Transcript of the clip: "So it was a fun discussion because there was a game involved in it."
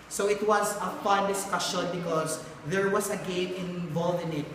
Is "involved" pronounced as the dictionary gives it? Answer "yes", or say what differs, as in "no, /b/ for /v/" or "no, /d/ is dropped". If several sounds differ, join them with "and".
no, /d/ is dropped